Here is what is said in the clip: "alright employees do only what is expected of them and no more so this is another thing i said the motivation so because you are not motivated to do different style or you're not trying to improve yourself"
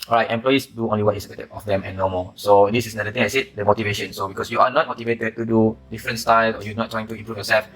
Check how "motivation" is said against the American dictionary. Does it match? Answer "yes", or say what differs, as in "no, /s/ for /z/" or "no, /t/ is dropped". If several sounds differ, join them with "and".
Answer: yes